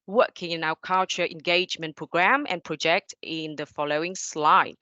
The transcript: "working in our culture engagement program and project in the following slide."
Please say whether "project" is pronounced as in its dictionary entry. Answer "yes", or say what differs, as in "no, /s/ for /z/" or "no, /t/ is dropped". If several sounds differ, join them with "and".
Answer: yes